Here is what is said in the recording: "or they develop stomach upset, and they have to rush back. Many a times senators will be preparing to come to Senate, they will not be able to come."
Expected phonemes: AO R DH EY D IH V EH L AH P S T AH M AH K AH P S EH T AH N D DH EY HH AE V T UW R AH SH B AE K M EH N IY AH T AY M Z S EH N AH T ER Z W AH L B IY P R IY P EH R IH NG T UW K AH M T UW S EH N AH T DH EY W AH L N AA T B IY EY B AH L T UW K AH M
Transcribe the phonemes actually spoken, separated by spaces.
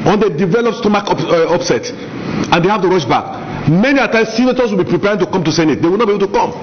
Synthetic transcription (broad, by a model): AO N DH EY D IH V EH L AH P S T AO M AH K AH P S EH T AH N D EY HH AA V T UW R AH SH B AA K M EH N IY AH T AY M S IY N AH T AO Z W AH L B IY P R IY P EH R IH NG T UW K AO M T UW S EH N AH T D EY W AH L N AA T B IY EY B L T UW K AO M